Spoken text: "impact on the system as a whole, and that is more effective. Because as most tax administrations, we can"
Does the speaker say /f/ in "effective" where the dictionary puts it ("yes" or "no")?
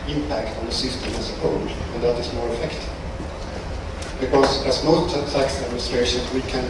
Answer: yes